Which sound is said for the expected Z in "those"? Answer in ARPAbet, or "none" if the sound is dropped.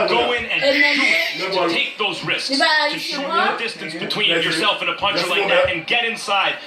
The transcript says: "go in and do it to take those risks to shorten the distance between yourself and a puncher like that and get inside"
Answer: Z